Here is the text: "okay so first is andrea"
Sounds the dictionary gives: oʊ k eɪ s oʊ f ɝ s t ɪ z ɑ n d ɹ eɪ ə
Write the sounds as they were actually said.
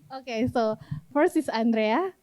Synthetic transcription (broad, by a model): oʊ k eɪ s oʊ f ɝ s ɪ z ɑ n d ɹ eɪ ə